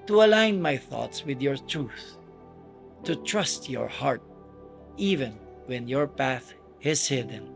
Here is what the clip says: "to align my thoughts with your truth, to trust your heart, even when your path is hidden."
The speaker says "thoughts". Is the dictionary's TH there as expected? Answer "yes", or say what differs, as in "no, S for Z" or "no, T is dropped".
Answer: yes